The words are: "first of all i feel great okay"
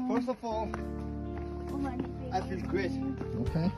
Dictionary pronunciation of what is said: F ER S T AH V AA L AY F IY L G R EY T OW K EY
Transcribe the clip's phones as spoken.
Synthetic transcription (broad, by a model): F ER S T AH F AA L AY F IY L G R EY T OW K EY